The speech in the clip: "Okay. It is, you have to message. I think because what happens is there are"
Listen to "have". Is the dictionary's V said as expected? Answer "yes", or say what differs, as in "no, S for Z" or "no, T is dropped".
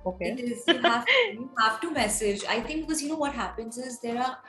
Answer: no, F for V